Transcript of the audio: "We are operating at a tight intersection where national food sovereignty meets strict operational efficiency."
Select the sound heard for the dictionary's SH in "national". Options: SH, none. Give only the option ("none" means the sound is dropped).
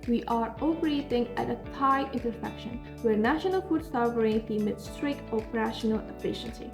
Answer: SH